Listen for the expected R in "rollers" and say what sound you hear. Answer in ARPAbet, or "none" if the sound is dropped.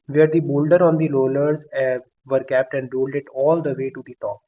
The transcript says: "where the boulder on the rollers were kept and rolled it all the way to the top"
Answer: L